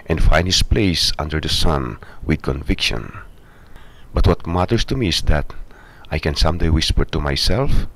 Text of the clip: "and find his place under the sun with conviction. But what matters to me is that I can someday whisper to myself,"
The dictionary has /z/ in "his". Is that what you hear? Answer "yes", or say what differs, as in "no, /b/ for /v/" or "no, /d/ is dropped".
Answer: no, /s/ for /z/